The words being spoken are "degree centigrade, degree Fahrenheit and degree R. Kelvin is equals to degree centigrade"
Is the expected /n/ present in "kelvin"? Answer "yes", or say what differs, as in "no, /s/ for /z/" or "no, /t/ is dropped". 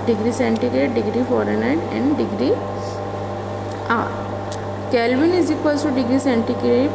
yes